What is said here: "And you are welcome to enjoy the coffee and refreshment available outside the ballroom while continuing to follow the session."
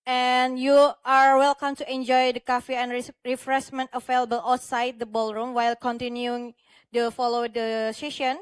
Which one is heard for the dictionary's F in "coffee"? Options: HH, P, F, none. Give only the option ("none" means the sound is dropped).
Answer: F